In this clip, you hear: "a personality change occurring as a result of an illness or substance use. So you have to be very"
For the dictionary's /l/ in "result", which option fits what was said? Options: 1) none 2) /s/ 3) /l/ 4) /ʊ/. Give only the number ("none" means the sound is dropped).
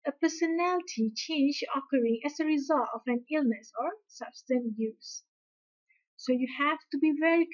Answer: 3